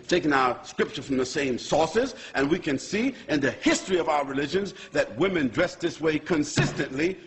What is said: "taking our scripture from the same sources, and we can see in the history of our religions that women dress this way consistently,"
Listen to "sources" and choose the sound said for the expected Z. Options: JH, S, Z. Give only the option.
Z